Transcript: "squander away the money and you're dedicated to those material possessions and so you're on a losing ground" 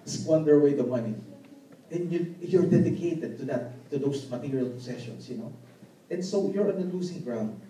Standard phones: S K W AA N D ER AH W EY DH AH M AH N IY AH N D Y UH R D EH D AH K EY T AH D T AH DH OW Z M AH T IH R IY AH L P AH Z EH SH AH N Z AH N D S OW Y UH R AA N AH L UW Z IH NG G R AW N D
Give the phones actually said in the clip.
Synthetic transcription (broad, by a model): S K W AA N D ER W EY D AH M AH N IY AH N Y Y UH R D EH D AH K EY T AH D T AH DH OW S M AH T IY R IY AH L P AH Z EH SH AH N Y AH N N S OW Y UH R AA N AH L UW S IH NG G R AW N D